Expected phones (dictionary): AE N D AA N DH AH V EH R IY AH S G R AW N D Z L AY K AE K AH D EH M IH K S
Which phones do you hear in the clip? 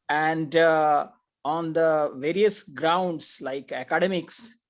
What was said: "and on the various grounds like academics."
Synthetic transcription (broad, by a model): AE N D AA N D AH V EH R IY AH S G R AW N D S L AY K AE K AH D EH M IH K S